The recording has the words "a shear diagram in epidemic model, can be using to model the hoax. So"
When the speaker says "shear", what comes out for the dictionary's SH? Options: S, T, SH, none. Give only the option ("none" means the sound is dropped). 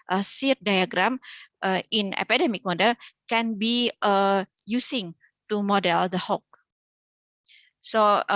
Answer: S